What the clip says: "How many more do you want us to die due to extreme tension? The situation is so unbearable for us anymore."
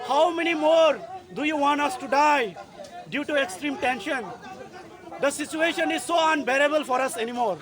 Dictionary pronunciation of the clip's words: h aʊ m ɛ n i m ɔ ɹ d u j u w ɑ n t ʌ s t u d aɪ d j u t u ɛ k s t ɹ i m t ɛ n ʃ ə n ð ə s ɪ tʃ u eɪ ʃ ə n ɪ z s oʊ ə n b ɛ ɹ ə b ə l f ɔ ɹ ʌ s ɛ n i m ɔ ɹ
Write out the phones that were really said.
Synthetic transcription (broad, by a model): h aʊ m ɛ n i m ɔ ɹ d u j u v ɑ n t ʌ s t u d aɪ d j u t u ɛ k s t ɹ i m t ɛ n ʃ ə n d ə s ɪ tʃ u eɪ ʃ ə n ɪ z s oʊ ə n b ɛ ɹ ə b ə l f ɔ ɹ ʌ s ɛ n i m ɔ ɹ